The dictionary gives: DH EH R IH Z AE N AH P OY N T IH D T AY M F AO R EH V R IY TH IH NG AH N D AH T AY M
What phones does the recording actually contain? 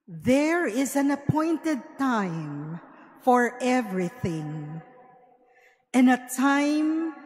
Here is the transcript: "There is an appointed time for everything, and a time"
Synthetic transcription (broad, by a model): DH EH R IH Z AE N AH P OY N T IH D T AY M F AO R EH V R IY TH IH NG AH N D AH T AY M